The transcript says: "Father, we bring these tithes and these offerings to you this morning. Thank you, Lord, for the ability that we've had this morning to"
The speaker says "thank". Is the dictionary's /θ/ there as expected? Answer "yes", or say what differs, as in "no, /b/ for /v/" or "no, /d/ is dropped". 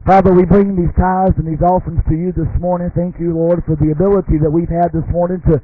yes